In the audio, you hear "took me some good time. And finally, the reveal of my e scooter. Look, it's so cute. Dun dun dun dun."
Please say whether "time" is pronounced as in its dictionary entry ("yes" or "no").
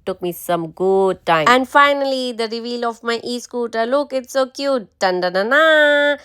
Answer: no